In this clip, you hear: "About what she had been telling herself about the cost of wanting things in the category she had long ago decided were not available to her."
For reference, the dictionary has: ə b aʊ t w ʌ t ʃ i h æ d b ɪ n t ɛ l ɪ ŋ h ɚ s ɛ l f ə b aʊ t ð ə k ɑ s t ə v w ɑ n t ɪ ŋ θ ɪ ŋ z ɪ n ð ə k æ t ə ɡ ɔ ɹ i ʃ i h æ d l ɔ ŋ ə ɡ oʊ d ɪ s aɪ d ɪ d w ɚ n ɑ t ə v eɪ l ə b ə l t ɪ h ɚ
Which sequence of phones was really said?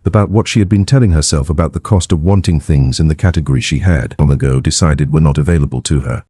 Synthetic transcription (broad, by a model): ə b aʊ t w ʌ t ʃ i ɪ d b ɪ n t ɛ l ɪ ŋ h ɚ s ɛ l f ə b aʊ t ð ə k ɑ s t ə v w ɑ n t ɪ ŋ θ ɪ ŋ z ɪ n ð ə k æ t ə ɡ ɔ ɹ i ʃ i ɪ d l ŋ ə ɡ oʊ d ɪ s aɪ d ɪ d w ɚ n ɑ t ə v eɪ l ə b ə l t ɪ ɚ